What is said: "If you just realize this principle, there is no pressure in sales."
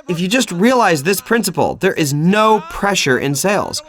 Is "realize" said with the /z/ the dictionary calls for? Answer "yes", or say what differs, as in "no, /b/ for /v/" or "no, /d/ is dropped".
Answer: yes